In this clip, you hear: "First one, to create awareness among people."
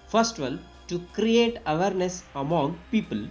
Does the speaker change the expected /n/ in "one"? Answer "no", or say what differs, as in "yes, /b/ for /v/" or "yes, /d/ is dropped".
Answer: yes, /l/ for /n/